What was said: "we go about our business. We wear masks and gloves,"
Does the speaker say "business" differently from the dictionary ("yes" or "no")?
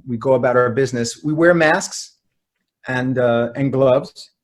no